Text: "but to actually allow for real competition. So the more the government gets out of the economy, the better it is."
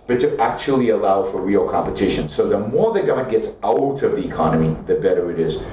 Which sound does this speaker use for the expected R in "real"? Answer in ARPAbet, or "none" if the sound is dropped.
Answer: R